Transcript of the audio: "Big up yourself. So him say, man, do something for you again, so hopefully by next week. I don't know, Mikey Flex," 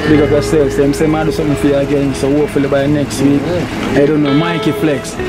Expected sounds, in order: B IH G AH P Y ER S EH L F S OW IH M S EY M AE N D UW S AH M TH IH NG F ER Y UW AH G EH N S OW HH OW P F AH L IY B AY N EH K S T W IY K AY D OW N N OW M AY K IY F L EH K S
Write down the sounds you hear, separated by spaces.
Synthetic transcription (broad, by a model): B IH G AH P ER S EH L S IH M S EY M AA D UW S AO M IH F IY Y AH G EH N S OW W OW F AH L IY B AY N EH K S T W IY K AY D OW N N OW M AY K IY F L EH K S